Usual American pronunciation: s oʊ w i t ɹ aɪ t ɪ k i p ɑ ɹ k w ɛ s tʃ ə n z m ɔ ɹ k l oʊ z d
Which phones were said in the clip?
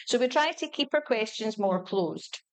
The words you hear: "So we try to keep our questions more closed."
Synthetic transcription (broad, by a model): s oʊ w i t ɹ aɪ t ɪ k i p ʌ ɹ k w ɛ s tʃ ə n z m ɔ ɹ k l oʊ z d